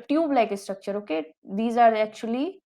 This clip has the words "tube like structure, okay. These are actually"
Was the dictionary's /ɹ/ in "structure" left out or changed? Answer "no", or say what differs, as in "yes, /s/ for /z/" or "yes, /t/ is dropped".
no